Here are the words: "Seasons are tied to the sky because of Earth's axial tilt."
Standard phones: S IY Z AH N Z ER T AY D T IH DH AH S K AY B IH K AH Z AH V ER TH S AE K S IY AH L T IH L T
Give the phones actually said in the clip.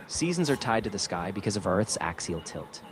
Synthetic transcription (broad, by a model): S IY Z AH N Z ER T AY D T IH DH AH S K AY B IH K AH Z AH V ER TH S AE K S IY L T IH L T